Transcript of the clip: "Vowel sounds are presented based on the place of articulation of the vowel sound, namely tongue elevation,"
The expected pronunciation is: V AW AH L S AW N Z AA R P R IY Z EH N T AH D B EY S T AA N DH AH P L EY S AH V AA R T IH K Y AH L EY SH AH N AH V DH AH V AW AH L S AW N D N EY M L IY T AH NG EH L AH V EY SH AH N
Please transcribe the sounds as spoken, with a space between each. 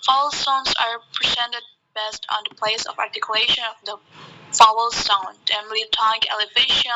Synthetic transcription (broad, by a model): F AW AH L S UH N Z AA R P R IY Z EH N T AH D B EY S T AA N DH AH P L EY S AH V AA R T IH K Y AH L EY SH AH N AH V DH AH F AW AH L S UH N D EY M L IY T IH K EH L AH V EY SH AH